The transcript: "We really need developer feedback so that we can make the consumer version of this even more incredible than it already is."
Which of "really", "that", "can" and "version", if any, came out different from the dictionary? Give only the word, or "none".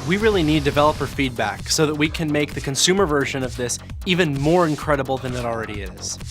none